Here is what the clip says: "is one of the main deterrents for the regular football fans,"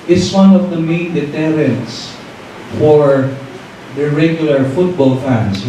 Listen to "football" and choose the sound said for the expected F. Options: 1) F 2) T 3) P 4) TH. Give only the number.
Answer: 1